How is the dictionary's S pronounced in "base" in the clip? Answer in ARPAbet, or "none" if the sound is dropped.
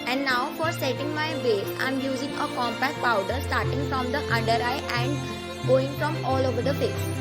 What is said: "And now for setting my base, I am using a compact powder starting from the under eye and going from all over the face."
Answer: none